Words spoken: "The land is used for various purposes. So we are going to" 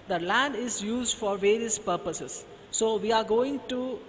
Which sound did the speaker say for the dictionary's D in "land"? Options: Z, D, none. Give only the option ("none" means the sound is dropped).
D